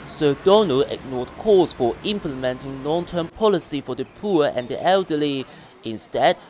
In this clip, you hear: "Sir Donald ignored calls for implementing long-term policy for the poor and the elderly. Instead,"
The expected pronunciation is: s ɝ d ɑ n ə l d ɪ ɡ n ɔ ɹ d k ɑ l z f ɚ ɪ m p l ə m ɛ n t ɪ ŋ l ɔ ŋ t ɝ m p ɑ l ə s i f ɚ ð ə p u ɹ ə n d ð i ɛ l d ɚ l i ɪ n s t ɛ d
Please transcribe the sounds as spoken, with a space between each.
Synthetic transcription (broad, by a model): s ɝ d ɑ n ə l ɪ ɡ n ɔ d k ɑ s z f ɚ ɪ m p l ə m ɛ n t ɪ ŋ n ɔ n t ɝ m p ɑ l ə s i f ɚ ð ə p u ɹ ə n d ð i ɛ l d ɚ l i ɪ n s t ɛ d